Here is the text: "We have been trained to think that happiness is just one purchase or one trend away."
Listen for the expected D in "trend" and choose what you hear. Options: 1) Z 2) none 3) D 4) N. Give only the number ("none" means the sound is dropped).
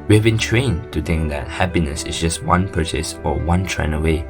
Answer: 2